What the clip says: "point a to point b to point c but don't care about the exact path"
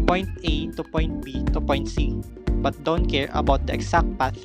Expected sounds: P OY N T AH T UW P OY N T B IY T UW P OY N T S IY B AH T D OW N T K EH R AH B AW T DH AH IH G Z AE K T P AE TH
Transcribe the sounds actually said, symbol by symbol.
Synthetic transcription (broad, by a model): P OY N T AH T UW P OY N T B IY T UW P OY N T S IY B AH T D OW N T K EH R AH B AW T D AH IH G S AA K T P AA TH